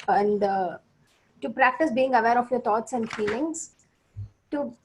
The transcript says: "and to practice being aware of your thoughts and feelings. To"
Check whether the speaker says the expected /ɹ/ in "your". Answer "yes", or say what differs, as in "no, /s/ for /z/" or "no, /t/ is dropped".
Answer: yes